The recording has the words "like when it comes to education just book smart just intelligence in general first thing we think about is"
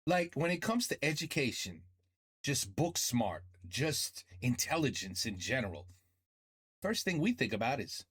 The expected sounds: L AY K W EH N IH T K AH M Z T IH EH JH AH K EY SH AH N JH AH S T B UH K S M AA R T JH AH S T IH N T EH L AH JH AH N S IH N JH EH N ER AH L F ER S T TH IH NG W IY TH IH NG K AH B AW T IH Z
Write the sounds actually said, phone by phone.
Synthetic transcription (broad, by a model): L AY K W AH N IH T K AH M Z T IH EH JH AH K EY SH AH N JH AH S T B UH K S M AA R T JH AH S T IH N T EH L AH JH AH N S IH N JH EH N ER L F ER S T TH IH NG W IY TH IH NG K AH B AW T IH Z